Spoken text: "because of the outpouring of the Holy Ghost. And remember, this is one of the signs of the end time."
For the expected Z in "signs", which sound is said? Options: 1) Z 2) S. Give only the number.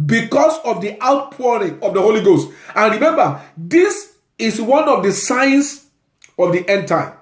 2